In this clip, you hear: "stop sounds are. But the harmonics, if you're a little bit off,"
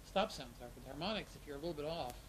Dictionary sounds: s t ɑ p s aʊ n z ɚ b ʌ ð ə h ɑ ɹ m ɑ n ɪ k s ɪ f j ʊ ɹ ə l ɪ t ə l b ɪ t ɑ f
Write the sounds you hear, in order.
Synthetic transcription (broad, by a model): s t ɑ p s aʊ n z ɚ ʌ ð h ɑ ɹ m ɑ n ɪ k s ɪ f j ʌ ɹ ə l ɪ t l b ɪ t ɑ f